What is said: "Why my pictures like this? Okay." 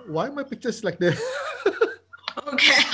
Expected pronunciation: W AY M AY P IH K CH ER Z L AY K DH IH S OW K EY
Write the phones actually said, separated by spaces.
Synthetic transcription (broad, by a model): W AY M AY P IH K CH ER S L AY K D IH OW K EY